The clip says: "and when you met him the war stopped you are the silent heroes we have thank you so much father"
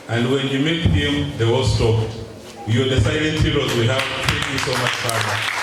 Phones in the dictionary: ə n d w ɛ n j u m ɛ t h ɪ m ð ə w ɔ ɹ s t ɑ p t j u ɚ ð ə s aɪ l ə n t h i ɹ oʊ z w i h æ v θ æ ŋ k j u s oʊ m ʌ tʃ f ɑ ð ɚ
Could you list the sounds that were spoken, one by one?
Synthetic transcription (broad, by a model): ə n d w ɛ n j u m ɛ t h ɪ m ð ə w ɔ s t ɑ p j u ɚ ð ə s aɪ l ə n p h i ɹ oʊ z w i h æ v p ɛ k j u s oʊ m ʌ tʃ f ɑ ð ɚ